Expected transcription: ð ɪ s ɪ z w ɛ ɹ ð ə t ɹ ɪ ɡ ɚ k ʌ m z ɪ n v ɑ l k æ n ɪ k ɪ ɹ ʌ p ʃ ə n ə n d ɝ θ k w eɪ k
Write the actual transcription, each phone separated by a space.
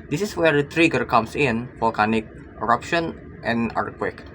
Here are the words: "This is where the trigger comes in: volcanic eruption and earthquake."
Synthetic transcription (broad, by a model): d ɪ s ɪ s w ɛ ɹ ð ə t ɹ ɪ ɡ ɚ k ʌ m s ɪ n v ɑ l k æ n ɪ k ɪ ɹ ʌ p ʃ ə n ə n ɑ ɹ k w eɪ k